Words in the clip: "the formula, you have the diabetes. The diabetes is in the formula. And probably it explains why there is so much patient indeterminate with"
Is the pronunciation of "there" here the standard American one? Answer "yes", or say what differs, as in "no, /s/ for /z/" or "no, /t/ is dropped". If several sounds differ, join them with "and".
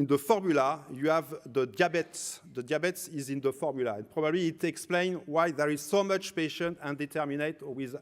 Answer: yes